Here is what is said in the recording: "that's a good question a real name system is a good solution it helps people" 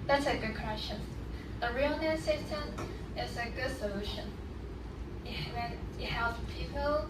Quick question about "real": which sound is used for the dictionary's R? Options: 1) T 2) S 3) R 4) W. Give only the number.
3